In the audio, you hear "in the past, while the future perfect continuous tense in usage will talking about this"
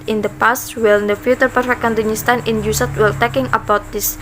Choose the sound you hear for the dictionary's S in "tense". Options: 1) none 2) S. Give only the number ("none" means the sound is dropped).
1